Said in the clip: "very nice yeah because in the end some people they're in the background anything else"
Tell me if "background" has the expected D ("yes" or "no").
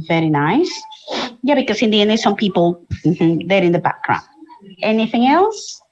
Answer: no